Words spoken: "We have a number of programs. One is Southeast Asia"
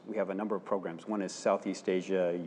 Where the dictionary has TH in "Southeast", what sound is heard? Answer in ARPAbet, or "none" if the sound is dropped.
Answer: TH